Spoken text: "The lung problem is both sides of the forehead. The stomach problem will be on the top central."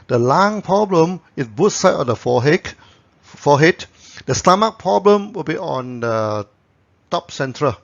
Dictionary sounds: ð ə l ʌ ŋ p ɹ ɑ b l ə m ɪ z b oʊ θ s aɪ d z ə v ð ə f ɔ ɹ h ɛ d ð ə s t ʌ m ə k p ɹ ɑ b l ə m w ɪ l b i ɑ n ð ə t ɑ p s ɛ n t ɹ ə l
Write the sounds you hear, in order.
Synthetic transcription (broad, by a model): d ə l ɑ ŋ p ɹ ɑ b l ə m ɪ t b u t s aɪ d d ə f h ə f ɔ h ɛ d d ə s t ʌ m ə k p ɹ ɑ b l ə m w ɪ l b i ɑ n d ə t ɑ p s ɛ n t ɹ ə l